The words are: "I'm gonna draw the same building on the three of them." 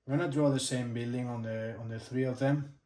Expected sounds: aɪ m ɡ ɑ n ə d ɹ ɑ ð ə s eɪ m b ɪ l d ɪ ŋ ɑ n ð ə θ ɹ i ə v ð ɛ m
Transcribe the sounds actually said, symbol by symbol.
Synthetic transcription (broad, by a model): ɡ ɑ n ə d ɹ ɑ ð ə s eɪ m b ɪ l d ɪ ŋ ɑ n ð ə θ ɹ i ə v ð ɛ m